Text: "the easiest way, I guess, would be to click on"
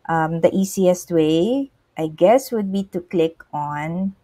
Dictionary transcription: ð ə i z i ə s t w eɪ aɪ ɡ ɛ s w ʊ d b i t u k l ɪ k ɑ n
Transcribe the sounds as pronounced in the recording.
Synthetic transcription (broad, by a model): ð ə i s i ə s t w eɪ aɪ ɡ ɛ s w ʊ d b i t u k l ɪ k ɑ n